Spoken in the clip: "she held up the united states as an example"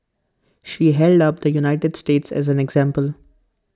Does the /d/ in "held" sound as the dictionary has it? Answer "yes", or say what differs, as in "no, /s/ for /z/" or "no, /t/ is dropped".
yes